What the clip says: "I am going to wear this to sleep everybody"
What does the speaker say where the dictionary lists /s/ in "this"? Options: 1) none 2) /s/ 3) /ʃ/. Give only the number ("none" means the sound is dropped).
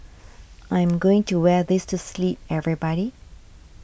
2